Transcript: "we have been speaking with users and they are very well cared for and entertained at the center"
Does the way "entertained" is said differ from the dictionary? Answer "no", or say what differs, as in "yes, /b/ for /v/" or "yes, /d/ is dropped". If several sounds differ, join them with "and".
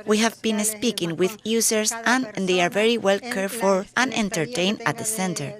yes, /d/ is dropped